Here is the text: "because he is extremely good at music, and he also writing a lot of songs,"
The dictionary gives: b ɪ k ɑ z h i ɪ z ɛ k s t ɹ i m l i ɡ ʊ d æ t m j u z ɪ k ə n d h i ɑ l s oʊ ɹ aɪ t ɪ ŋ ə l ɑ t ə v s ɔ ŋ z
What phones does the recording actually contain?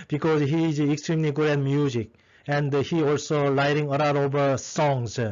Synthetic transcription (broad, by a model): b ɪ k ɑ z h i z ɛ k s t ɹ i m l i ɡ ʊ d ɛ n m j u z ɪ k ə n d h i ɑ l s oʊ l aɪ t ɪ ŋ ə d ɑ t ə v s ɔ ŋ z